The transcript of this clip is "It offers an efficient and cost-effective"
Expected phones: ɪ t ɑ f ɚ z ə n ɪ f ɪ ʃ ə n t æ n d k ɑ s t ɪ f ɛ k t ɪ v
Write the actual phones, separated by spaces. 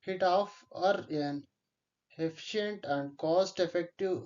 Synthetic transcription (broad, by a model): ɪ t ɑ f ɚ ə n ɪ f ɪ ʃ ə n t æ n d k ɑ s t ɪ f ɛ k t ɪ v